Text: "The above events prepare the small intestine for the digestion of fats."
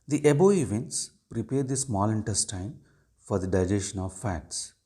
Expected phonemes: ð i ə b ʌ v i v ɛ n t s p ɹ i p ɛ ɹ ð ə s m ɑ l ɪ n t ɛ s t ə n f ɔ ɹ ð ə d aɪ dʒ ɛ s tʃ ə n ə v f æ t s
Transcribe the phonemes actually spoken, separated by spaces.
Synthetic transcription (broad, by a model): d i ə b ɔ i v ɛ n t s p ɹ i p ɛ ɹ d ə s m ɑ l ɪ n t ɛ s t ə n f ɔ ɹ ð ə d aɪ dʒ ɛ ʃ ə n ə v f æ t s